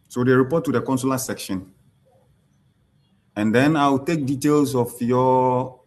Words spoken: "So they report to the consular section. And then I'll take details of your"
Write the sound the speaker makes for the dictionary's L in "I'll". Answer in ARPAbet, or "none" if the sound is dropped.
W